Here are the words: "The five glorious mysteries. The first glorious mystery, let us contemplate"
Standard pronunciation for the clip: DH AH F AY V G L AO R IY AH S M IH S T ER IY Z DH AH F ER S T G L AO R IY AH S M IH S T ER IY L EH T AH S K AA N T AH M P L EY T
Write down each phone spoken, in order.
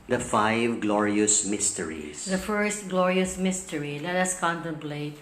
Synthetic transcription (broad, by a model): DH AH F AY V G L AO R IY AH S M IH S T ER IY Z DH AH F ER S T G L AO R IY AH S M IH S T ER IY L EH T AH S K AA N T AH M P L EY T